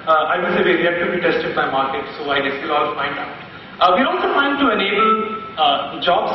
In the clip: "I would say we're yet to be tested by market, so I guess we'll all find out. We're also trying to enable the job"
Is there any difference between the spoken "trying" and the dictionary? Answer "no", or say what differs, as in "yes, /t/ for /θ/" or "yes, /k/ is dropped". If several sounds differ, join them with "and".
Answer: yes, /ɹ/ is dropped